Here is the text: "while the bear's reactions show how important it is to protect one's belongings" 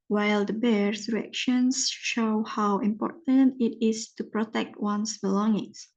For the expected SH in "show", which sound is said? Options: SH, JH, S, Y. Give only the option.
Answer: SH